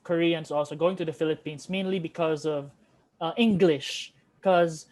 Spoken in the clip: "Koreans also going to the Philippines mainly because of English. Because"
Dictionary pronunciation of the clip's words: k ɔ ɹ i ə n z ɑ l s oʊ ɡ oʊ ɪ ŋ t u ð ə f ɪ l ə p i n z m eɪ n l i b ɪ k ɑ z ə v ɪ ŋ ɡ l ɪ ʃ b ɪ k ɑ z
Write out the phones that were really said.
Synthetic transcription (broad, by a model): k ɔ ɹ i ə n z ɑ l s oʊ ɡ oʊ ɪ ŋ t u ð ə f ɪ l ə p i n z m eɪ n l i b ɪ k ɑ z ə v ɪ ŋ ɡ l ɪ ʃ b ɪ k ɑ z